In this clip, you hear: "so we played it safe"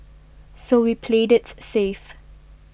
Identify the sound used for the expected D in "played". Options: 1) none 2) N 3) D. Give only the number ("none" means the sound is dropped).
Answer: 3